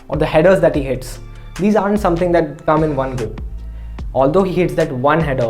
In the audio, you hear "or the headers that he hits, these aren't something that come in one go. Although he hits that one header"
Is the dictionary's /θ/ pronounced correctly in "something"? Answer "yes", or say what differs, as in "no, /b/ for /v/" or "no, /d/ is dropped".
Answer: no, /t/ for /θ/